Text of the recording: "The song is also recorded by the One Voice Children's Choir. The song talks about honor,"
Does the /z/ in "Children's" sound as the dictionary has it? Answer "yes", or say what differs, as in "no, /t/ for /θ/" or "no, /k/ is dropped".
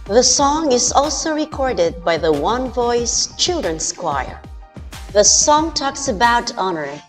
no, /s/ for /z/